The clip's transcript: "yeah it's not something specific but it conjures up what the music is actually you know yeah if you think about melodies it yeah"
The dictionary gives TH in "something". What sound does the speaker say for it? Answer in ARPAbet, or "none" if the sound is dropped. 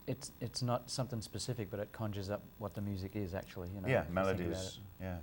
TH